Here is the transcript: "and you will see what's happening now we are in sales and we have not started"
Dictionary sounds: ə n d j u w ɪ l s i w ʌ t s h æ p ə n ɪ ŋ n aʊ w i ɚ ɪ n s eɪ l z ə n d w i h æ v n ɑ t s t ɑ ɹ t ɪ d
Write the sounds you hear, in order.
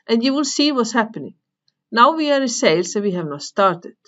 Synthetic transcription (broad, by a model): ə n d j u w ɪ l s i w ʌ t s h æ p ə n ɪ ŋ n aʊ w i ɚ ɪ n s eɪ l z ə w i h æ v n ɑ t s t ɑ ɹ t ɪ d